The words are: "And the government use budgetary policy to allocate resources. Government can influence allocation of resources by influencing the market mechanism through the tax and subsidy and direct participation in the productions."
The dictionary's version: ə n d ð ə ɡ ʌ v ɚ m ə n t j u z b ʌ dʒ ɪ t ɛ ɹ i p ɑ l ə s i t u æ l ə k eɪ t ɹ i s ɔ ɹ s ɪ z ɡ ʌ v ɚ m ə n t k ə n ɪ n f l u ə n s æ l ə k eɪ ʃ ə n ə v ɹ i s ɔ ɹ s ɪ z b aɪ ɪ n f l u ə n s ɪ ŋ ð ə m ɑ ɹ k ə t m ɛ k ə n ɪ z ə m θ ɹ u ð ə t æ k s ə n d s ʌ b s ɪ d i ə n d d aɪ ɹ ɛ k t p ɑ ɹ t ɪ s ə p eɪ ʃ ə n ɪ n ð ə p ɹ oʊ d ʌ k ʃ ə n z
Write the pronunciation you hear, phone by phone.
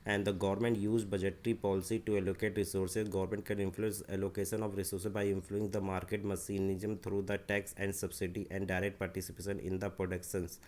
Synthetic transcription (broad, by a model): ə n d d ə ɡ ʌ v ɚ m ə n t j u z b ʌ dʒ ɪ t ɹ i p ɑ l ə s i t u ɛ l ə k eɪ t ɹ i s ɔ ɹ s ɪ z ɡ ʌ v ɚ m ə n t k ə n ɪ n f l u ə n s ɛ l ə k eɪ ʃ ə n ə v ɹ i s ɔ ɹ s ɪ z b aɪ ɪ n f l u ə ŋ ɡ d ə m ɑ ɹ k ə t m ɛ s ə n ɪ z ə m t ɹ u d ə t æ k s ə n d s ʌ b s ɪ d i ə n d d aɪ ɹ ɛ k t p ɑ ɹ t ɪ s ə p eɪ ʃ ə n ɪ n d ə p ɹ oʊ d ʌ k ʃ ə n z